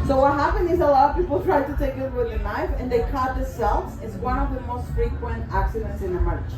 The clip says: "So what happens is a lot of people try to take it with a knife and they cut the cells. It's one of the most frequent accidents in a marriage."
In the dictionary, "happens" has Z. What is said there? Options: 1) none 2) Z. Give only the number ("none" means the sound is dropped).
1